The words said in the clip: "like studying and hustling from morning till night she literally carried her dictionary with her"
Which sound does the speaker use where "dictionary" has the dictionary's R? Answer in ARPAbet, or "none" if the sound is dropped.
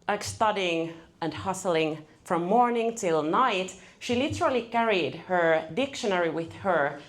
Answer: R